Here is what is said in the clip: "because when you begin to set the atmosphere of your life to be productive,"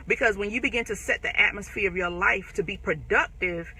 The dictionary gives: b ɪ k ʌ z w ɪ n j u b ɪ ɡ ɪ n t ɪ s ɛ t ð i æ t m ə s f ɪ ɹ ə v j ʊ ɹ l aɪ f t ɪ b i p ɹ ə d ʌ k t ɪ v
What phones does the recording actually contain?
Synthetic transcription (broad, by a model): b ɪ k ʌ z w ɪ n j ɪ b ɪ ɡ ɪ n t ɪ s ɛ t ð i æ t m ə s f ɪ ɹ ə v j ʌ ɹ l aɪ f t ɪ b i p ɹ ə d ʌ k t ɪ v